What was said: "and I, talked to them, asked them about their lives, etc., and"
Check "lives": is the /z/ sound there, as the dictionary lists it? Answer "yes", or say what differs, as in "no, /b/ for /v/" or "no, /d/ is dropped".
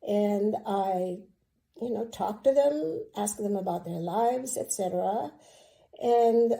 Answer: yes